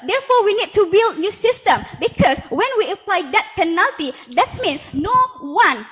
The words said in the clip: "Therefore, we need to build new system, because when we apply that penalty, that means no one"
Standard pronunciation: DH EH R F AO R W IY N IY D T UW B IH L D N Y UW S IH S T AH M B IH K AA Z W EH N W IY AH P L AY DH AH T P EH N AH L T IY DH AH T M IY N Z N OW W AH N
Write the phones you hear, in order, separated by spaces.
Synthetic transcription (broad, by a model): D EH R F AO W IY N IY D T UW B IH L D N Y UW S IH S T AH M B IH K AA S W EH N W IY AH P L AY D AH T P EH N AH L T IY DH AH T M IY N S N OW W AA N